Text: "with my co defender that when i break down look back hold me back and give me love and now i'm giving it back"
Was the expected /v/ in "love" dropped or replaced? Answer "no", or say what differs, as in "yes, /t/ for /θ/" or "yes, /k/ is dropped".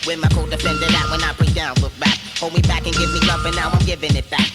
yes, /f/ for /v/